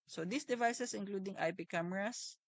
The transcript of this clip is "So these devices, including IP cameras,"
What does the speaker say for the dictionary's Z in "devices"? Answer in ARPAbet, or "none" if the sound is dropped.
S